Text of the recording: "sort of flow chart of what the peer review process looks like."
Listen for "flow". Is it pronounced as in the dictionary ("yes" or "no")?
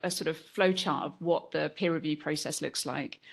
yes